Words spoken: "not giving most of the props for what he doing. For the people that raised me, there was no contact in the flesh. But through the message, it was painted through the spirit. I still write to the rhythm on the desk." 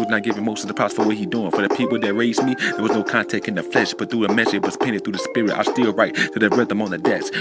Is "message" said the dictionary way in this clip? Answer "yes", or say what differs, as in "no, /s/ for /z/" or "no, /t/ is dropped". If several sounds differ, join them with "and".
no, /dʒ/ is dropped